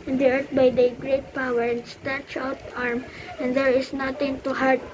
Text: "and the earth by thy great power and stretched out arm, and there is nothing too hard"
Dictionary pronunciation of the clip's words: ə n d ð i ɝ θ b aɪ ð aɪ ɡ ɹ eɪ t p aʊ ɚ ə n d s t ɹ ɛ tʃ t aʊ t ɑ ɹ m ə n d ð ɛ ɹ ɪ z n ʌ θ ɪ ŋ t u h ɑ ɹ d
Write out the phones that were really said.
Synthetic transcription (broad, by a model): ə n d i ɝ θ b aɪ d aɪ ɡ ɹ eɪ t p aʊ ɚ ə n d s t ɛ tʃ aʊ t ɑ ɹ m ə n d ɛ ɹ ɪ s n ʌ t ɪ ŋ t u h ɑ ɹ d